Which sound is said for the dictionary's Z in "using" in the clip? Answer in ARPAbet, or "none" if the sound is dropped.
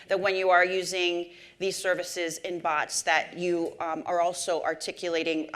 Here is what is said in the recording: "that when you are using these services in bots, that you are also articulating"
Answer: Z